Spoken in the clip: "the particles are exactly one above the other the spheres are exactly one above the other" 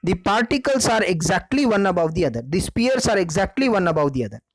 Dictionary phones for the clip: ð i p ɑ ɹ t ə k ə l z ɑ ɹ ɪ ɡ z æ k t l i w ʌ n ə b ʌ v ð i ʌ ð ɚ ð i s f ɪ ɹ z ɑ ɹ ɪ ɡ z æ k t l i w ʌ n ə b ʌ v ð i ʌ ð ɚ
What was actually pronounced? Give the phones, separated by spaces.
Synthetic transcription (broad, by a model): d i p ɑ ɹ t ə k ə l s ɑ ɹ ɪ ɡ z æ k t l i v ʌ n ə b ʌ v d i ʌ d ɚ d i s p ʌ ɹ s ɑ ɹ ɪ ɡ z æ k t l i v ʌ n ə b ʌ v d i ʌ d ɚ